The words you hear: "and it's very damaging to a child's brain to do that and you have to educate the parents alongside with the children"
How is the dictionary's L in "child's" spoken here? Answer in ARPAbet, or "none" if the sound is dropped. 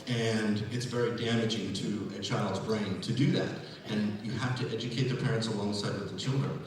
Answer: L